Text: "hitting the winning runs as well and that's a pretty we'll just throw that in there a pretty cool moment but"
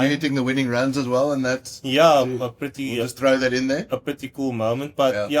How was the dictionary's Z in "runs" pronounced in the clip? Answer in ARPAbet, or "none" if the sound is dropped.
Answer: Z